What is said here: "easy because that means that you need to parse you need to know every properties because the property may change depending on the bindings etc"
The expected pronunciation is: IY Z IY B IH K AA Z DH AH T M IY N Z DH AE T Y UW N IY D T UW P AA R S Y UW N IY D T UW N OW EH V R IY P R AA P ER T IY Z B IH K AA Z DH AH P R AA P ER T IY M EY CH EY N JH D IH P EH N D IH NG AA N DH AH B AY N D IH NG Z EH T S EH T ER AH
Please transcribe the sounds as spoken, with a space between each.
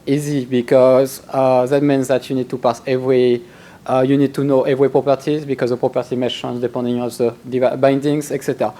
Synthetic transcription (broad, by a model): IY Z IY B IH K AA Z DH AH T M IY N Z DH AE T Y UW N IY D T UW P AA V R Y UW N IY D T UW N OW EH V R IY P R AA P ER T IY Z B IH K AA Z DH AH P R AA P ER T IY M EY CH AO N Z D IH P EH N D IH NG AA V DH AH B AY N D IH NG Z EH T S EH T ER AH